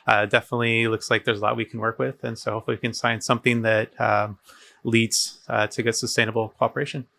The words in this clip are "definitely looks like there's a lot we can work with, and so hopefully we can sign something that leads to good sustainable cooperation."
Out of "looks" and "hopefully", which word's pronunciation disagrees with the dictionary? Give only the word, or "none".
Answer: hopefully